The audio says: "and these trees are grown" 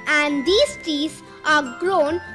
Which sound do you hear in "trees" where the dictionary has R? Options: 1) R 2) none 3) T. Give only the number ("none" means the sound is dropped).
2